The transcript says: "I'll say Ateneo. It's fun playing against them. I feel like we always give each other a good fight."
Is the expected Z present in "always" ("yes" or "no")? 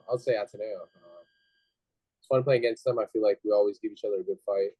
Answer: yes